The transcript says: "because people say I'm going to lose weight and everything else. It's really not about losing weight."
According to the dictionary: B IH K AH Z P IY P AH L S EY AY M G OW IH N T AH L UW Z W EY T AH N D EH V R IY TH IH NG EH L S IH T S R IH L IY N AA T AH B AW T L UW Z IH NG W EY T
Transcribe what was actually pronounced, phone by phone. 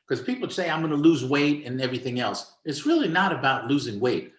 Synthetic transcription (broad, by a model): K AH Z P IY P L S EY AY M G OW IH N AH L UW Z W EY T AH N EH V R IY TH IH NG EH L S IH T S R IH L IY N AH T AH B AW T L UW Z IH NG W EY T